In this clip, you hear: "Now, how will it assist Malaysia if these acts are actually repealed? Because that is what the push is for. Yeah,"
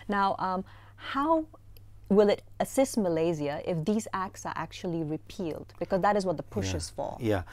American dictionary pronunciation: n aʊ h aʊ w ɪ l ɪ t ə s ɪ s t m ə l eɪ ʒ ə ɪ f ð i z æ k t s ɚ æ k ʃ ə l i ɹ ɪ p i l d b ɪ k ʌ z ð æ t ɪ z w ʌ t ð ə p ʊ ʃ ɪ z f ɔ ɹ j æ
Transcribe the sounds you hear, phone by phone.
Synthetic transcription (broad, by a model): n aʊ h aʊ w ɪ l ɪ t ə s ɪ s t m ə l eɪ z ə ɪ f ð i z æ k t s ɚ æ k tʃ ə l i ɹ ɪ p i l d b ɪ k ʌ z ð æ t ɪ z w ʌ t ð ə p ʊ ʃ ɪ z f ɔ l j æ